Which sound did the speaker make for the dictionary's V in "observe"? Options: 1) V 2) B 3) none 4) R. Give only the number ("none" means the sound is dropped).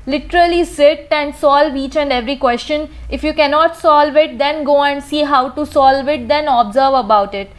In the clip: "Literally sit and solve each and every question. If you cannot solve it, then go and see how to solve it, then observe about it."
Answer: 1